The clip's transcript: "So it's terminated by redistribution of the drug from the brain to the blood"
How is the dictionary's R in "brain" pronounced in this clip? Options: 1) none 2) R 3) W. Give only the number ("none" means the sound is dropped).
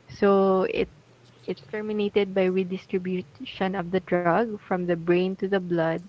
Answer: 2